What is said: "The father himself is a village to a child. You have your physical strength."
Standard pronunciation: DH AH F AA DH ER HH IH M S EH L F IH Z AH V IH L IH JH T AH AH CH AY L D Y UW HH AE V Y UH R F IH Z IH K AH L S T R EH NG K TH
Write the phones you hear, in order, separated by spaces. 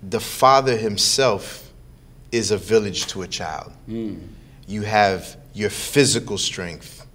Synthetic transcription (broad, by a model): DH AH F AA DH ER HH IH M S EH L F IH Z AH V IH L IH JH T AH AH CH AY L D Y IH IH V Y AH R F IH Z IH K L S T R EH NG K TH